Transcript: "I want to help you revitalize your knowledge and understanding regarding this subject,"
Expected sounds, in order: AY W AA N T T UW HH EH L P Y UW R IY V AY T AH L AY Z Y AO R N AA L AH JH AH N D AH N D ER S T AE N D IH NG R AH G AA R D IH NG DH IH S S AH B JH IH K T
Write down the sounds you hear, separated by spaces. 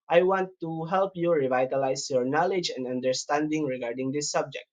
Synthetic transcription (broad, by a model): AY W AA N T T UW HH EH L P Y UW R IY V AY T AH L AY S Y AO R N AA L AH JH AH N D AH N D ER S T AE N D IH NG R AH G AA R D IH NG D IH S S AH B JH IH K T